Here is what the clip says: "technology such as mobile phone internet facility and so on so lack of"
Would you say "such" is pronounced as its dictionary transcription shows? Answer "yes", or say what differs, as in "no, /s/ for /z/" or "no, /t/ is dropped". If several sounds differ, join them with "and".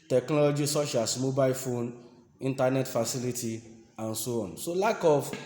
no, /ʃ/ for /tʃ/